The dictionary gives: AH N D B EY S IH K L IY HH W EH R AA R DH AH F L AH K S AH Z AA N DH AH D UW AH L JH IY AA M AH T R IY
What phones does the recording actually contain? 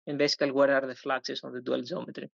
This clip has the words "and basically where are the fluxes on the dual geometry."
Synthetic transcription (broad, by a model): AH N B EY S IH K IY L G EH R AA R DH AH F L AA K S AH S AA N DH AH D UW AH L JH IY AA M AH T R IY